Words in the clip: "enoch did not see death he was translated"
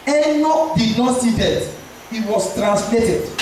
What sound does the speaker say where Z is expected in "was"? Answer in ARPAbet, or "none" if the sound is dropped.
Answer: S